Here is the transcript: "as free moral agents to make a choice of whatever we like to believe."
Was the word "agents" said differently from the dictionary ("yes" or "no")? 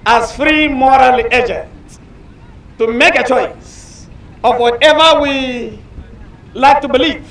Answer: yes